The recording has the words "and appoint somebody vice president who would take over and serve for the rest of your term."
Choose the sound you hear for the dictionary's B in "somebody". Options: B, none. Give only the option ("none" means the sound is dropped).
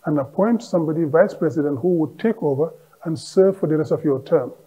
B